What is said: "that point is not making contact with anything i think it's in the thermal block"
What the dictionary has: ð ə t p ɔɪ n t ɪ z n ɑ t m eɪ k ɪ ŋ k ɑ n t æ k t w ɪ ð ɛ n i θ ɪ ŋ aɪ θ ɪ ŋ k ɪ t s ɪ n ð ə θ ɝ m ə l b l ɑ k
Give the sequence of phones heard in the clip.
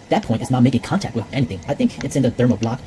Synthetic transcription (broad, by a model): ð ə t p ɔɪ n t ɪ z n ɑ t m eɪ k ɪ ŋ k ɑ n t æ k t w ɪ ð ɛ n i θ ɪ ŋ aɪ θ ɪ ŋ k ɪ t s ɪ n ð ə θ ɝ m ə b l ɑ k